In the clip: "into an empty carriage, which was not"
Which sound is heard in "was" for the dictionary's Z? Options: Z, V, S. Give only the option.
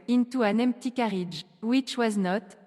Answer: Z